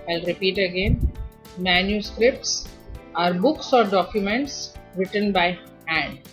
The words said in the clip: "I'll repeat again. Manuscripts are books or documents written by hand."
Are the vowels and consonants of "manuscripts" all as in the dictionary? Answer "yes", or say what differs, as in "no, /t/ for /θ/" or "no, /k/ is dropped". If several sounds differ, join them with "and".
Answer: yes